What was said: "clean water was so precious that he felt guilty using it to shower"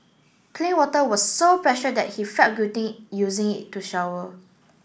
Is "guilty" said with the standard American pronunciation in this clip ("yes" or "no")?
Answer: no